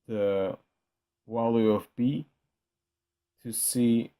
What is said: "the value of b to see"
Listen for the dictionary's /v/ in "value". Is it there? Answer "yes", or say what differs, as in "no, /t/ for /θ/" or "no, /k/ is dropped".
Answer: no, /w/ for /v/